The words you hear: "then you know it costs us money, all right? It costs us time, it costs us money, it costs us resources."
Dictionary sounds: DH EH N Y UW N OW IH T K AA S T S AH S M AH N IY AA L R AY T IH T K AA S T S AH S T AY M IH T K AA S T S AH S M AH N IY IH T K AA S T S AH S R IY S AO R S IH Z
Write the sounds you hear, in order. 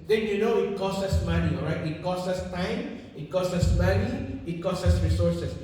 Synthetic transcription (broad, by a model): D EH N Y UW N OW IH T K AA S S AH S M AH N IY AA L R AY T IH T K AA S S AH S T AY M IH T K AA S S AH S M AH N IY IH T K AA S S AH S R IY S AO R S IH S